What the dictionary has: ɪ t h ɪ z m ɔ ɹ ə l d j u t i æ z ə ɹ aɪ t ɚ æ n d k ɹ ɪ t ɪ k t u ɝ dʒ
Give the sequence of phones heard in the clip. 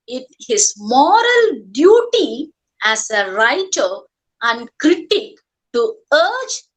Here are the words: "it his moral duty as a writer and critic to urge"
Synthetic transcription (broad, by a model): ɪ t h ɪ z m ɔ ɹ ə l d j u t i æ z ə ɹ aɪ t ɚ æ n d k ɹ ɪ t ɪ k t u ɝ dʒ